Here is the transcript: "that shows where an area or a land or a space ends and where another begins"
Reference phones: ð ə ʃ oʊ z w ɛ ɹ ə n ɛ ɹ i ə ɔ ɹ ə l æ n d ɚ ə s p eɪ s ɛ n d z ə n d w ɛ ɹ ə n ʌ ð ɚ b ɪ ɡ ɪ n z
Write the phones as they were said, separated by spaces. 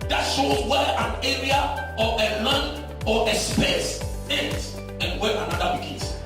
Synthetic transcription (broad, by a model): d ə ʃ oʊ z w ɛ ə n ɛ ɹ i ə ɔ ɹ ə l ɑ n ɔ ə s p eɪ s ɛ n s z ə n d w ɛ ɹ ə n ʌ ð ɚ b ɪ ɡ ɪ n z